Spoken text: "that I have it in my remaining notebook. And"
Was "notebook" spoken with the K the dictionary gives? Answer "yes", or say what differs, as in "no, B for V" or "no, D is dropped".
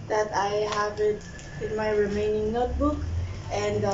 yes